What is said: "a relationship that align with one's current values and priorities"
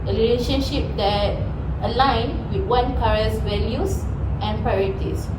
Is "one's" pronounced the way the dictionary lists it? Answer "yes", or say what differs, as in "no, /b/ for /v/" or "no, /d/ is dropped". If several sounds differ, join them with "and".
no, /z/ is dropped